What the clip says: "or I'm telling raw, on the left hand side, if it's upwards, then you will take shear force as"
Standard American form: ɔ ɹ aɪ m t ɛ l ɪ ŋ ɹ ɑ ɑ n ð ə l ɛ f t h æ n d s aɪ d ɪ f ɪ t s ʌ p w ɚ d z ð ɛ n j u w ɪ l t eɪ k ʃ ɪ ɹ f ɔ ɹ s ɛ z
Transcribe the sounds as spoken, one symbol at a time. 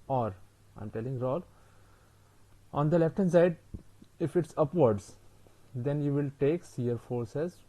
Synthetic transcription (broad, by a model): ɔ ɹ aɪ m t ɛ l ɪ ŋ ɹ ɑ ɑ n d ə l ɛ f t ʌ n s aɪ d ɪ f ɪ t s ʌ p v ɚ d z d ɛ n j u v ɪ l t eɪ k s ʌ ɹ f ɔ ɹ s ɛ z